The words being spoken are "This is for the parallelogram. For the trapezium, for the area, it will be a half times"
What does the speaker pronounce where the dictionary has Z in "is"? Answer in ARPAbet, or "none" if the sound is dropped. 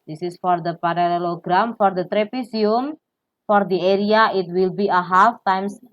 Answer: S